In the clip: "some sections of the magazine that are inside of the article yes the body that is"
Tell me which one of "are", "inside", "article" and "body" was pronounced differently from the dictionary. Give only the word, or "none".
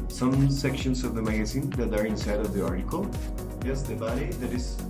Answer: none